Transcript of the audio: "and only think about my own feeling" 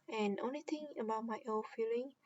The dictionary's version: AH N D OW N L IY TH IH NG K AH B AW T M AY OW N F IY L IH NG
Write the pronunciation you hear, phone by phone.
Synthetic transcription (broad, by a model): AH N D OW N L IY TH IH NG AH B AW T M AY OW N F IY L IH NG